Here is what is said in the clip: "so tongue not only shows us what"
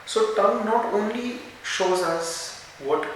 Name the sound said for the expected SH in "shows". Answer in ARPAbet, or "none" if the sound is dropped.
SH